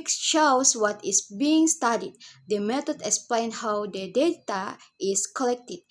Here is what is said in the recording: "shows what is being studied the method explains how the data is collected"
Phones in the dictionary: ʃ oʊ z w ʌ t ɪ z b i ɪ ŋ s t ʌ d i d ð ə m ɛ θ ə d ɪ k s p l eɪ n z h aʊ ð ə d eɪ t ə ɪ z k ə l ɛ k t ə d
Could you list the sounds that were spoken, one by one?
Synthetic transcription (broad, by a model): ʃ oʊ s w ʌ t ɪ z b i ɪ ŋ s t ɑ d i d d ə m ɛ t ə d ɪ k s p l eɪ n h aʊ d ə d eɪ t ə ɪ s k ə l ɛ k t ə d